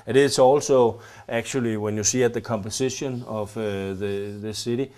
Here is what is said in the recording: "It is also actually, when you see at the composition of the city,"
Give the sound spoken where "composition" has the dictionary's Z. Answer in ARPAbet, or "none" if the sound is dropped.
S